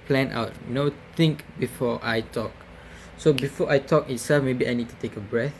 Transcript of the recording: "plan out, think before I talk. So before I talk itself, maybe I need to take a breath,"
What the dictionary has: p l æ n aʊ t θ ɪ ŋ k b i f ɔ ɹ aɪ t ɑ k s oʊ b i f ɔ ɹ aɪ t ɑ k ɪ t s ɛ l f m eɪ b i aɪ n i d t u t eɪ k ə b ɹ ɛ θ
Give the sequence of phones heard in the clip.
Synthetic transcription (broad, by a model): p l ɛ n aʊ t t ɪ ŋ k b i f ɔ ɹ aɪ t ɑ k s oʊ b i f ɔ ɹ aɪ t ɑ k ɪ t s ɛ l f m eɪ b i aɪ n i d t u t eɪ k ə b ɹ ɛ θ